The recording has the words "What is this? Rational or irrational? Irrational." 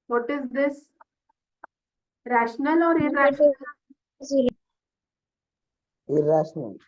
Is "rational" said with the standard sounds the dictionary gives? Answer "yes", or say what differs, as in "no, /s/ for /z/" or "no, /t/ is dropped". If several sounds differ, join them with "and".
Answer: yes